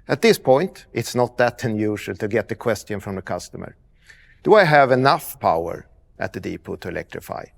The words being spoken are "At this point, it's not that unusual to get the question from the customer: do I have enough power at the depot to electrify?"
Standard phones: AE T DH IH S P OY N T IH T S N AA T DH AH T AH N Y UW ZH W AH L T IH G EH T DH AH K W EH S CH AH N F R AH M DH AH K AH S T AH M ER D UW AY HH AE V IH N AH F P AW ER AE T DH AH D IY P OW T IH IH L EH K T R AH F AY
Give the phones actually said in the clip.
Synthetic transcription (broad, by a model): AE T DH IH S P OY N T IH T S N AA T DH AH T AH N Y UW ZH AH L T IH G EH T DH AH K W EH S CH AH N F R AH M DH AH K AH S T AH M ER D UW AY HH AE V IH N AH F P AW ER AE T DH AH D IY P OW T IH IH L EH K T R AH F AY